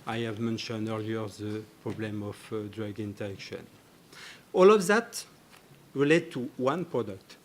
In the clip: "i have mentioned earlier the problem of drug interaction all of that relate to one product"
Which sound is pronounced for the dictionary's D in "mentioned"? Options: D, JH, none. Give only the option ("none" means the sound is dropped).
D